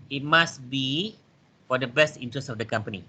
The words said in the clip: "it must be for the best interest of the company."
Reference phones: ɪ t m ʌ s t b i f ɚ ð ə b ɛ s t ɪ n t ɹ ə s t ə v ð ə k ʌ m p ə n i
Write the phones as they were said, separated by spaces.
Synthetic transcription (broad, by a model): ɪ t m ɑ s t b i f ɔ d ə b ɛ s t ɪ n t ɹ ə s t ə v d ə k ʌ m p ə n i